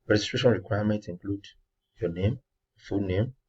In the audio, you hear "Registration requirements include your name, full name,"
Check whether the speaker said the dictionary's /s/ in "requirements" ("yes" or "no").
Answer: no